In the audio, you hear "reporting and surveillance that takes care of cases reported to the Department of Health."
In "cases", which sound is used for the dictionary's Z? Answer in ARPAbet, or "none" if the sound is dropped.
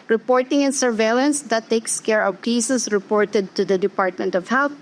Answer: S